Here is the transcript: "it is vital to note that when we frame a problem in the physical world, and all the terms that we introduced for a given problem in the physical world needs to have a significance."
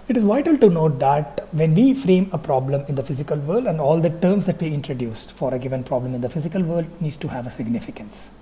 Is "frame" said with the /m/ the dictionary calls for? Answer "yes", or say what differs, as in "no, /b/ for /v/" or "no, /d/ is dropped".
yes